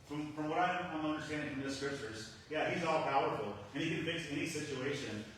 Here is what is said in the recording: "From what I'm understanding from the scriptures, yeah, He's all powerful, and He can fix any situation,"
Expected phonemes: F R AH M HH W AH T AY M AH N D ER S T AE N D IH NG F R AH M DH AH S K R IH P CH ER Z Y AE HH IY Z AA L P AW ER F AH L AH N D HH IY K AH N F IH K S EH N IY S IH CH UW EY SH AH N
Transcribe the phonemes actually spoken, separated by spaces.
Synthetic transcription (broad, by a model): F R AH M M W AH T AY M AH N D ER S T AE N D IH NG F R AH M DH AH S K R IH P CH ER Z Y AE HH IY Z AA L P AW ER F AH L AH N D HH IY K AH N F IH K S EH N IY S IH CH UW EY SH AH N